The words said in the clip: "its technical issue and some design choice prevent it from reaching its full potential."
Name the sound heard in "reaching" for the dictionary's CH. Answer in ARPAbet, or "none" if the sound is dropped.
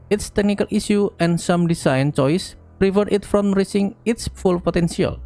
S